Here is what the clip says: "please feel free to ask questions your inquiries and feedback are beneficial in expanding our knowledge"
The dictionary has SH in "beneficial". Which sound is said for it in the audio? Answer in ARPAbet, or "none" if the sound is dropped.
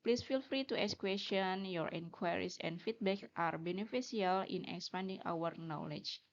S